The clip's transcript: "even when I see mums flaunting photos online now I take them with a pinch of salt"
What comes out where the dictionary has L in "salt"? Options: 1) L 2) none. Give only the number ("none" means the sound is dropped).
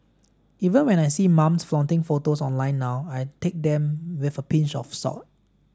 2